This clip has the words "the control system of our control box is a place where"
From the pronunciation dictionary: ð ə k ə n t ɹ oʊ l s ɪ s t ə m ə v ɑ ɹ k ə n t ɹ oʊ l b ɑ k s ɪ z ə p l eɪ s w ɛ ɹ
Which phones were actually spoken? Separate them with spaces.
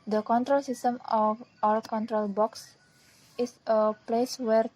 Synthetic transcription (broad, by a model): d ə k ə n t ɹ oʊ l s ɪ s t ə m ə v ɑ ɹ k ə n t ɹ oʊ l b ɑ k s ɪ s ə p l eɪ s w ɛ ɹ